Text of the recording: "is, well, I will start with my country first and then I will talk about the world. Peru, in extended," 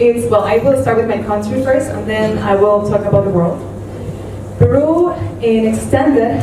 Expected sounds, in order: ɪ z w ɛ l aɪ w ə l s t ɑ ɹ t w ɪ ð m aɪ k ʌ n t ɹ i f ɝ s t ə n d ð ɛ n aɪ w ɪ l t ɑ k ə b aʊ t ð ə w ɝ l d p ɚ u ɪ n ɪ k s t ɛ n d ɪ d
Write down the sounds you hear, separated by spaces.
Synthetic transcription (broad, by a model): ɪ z w ɛ l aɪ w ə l s t ɑ ɹ t w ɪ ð m aɪ k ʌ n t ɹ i f ɝ s t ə n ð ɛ n aɪ w ɪ l t ɑ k ə b aʊ t ð ə w ɝ l d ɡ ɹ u ɪ n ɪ k s t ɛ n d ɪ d